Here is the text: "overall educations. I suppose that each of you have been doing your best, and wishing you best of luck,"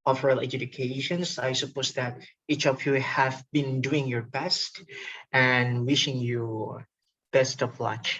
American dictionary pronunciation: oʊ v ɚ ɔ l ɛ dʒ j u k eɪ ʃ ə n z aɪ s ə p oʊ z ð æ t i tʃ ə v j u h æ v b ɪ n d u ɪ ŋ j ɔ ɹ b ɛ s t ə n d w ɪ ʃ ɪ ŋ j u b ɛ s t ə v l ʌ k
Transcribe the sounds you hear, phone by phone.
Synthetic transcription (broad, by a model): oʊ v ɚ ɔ l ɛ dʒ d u k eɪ ʃ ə n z aɪ s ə p oʊ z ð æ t i tʃ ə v j u h æ v b ɪ n d u ɪ ŋ j ɔ ɹ b ɛ s t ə n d w ɪ ʃ ɪ ŋ j u b ɛ s t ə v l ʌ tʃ